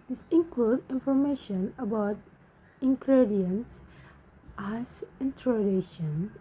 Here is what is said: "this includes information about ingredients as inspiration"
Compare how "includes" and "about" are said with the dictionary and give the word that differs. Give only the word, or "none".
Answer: includes